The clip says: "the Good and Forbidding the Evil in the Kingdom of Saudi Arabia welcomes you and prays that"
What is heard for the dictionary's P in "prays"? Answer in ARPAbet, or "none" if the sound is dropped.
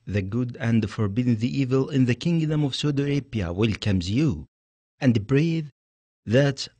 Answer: B